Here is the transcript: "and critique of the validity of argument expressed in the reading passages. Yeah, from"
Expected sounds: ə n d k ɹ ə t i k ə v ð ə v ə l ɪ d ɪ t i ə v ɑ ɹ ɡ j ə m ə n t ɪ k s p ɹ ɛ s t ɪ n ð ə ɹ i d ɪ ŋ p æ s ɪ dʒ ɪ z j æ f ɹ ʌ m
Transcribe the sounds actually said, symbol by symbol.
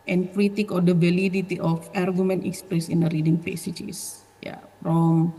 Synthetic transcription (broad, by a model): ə n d k ɹ ə t i k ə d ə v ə l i d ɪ t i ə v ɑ ɹ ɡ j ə m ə n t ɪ k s p ɹ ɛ s ɪ n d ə ɹ i d ɪ ŋ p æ s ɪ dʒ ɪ s j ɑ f ɹ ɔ m